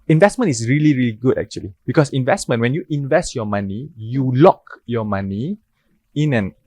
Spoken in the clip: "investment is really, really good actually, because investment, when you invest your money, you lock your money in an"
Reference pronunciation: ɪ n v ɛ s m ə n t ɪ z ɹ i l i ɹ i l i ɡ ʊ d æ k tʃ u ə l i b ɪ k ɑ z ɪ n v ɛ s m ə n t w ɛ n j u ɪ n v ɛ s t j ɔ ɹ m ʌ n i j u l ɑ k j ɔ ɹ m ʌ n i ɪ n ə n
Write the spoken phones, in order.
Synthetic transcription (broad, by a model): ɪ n v ɛ s m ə n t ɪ s ɹ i l i ɹ i l i ɡ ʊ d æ k tʃ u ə l i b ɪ k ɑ s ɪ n v ɛ s m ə n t w ɛ n j u ɪ n v ɛ s t j ɔ m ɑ n i j u l ɑ k j ɔ m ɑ n i ɪ n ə n